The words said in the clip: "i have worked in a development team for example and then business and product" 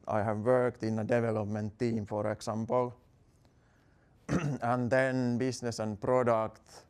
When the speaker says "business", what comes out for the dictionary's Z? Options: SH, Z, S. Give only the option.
S